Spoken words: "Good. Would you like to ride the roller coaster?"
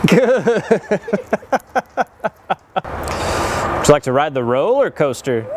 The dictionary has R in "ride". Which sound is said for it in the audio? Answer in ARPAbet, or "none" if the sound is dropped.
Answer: R